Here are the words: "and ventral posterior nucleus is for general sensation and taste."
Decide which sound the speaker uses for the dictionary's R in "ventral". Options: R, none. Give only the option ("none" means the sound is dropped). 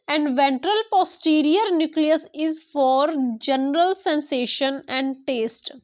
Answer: R